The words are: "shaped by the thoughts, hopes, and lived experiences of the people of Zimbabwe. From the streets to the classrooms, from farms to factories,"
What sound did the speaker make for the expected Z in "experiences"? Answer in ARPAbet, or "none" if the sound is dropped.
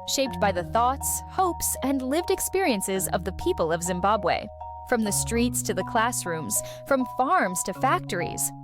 Z